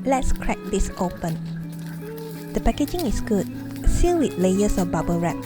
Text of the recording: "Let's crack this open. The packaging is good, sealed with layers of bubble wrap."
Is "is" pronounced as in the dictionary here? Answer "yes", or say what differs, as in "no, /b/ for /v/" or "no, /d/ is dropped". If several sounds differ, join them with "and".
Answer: no, /s/ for /z/